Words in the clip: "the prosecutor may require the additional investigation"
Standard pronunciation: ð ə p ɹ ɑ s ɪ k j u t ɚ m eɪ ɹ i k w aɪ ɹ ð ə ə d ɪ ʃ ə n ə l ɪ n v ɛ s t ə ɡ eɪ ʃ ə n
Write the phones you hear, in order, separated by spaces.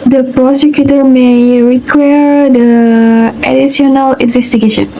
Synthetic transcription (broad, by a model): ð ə p ɹ ɑ s ɪ k j u t ɚ m eɪ ɹ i k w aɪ ɹ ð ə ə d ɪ s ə n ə l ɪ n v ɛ s t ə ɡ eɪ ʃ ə n